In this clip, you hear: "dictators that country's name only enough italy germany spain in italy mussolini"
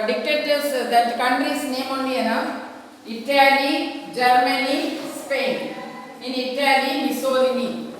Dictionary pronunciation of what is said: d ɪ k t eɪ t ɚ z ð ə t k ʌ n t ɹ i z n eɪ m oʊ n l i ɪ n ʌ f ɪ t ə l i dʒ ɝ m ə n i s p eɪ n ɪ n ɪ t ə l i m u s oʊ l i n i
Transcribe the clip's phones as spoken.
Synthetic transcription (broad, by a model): d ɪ k t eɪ t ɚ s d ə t k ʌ n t ɹ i s n eɪ m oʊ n i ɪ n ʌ ɪ t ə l i dʒ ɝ m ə n i s p eɪ n ɪ n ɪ t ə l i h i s oʊ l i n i